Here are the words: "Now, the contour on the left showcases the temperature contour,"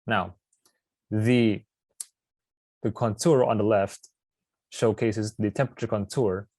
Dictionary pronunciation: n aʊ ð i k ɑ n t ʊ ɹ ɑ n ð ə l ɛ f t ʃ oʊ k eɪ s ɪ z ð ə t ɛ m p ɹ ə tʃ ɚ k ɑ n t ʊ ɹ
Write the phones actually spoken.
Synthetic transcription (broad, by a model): n aʊ ð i k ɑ n t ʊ ɹ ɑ n ð ə l ɛ f t ʃ oʊ k eɪ s ɪ z ð ə t ɛ m p ɹ ə tʃ ɚ k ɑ n t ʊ ɹ